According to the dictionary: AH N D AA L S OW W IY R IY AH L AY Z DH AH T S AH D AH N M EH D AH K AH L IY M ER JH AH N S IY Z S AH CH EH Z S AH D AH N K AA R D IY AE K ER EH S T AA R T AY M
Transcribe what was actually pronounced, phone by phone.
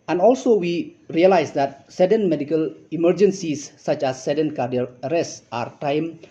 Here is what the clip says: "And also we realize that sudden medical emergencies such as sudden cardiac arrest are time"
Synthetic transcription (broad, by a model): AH N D AA L S OW W IY R IY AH L AY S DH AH T S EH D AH N M EH D AH K AH L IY M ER JH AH N S IY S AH CH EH S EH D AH N K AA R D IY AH ER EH S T AA R T AY M